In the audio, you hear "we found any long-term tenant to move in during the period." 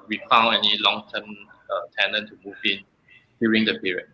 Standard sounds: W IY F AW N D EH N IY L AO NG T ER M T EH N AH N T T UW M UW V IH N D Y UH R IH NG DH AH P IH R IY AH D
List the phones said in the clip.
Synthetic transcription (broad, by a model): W IY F AW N EH N IY L AO NG T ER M T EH N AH N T T UW M UW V IH N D Y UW R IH NG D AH P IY R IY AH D